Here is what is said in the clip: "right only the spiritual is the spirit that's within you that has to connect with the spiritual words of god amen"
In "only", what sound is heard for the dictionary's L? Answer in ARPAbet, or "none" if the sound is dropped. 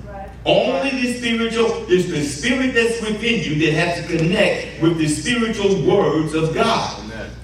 L